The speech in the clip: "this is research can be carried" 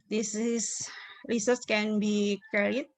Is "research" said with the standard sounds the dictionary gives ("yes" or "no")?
no